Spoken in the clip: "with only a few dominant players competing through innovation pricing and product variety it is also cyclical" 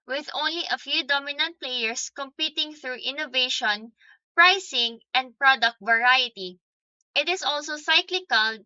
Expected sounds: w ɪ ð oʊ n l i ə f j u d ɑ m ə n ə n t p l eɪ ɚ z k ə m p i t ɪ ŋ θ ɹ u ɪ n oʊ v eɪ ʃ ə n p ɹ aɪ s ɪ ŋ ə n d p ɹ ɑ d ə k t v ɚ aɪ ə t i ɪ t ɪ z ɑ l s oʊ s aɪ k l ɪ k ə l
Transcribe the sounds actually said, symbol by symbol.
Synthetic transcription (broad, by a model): w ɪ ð oʊ n l i ə f j u d ɑ m ə n ə n t p l eɪ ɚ s k ə m p i t ɪ ŋ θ ɹ u ɪ n oʊ v eɪ ʃ ə n p ɹ aɪ s ɪ ŋ ə n d p ɹ ɑ d ə k t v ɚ aɪ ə t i ɪ t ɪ s ɑ l s oʊ s aɪ k l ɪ k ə l